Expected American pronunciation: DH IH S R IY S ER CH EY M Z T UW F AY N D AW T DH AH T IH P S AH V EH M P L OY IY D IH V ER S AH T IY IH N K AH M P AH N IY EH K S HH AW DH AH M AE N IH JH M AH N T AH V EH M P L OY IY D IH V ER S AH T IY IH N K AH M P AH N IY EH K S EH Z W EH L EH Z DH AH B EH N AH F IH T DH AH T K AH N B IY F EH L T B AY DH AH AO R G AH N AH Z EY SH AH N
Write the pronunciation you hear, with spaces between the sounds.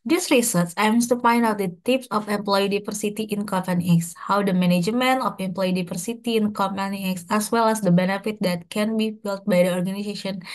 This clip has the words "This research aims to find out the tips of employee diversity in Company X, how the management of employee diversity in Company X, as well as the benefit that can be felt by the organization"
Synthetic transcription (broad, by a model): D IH S R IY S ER S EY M S T UW F AY N D AW T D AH T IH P S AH F EH M P L OY IY D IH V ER S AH T IY IH N K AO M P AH N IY EH K S HH AW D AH M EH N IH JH M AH N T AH F EH M P L OY IY D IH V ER S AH T IY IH N K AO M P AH N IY EH K S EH S W EH L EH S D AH B EH N AH F IH T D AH T K AH N B IY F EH L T B AY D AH AO R G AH N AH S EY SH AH N